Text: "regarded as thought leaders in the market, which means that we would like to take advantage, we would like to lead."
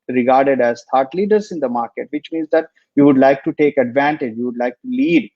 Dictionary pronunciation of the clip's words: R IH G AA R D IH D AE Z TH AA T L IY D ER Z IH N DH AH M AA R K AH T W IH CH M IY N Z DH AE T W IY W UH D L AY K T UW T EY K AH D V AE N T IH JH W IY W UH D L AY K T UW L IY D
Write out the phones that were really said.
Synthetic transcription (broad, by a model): R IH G AA R D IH D AE Z T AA T L IY D ER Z IH N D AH M AA R K AH T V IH CH M IY N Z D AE T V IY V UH D L AY K T UW T EY K AH D V AE N T IH JH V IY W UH D L AY K T UW L IY D